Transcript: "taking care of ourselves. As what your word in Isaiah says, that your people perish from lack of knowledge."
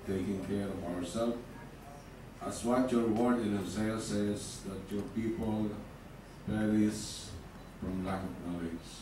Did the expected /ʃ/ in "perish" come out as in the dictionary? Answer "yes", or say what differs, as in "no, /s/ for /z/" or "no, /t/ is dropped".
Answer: no, /s/ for /ʃ/